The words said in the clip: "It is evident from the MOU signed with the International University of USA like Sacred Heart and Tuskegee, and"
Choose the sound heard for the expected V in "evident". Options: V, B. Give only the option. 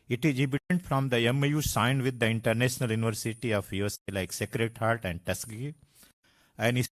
B